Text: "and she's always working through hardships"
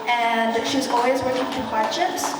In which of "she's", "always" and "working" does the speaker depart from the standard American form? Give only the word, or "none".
none